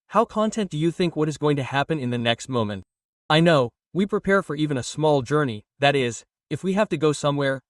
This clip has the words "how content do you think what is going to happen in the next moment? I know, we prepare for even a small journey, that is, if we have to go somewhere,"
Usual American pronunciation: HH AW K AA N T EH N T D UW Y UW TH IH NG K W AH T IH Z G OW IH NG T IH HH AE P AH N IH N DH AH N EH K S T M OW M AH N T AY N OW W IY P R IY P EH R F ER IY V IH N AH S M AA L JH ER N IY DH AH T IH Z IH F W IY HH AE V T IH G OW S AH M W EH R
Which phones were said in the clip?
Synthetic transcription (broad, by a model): HH AW K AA N T EH N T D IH Y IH TH IH NG K W AH T IH Z G OW IH NG T IH HH AE P AH N IH N DH AH N EH K S T M OW M AH N T AY N OW W IY P R IY P EH R F ER IY V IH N AH S M AA L JH ER N IY DH AH T IH Z IH F W IY HH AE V T IH G OW S AH M W EH R